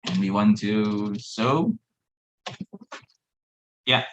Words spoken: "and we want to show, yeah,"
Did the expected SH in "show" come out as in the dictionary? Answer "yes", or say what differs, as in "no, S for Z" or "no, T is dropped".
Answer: no, S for SH